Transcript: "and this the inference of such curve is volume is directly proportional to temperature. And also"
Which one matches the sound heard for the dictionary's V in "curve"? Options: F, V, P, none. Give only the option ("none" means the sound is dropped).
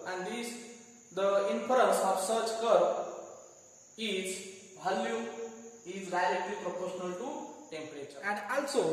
none